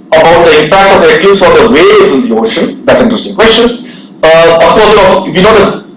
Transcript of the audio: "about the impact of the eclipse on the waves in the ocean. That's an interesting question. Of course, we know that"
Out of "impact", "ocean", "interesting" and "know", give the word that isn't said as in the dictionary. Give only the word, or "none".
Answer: interesting